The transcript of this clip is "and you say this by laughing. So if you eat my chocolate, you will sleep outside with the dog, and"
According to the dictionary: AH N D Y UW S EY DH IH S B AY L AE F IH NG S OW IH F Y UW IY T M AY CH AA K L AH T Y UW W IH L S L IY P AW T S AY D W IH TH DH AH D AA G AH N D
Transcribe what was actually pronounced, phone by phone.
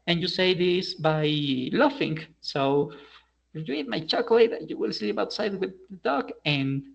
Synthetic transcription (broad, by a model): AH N Y UW S EY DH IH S B AY L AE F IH NG S OW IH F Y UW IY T M AY CH AA K L AH T Y UW W IH L S L IY P AW T S AY D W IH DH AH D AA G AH N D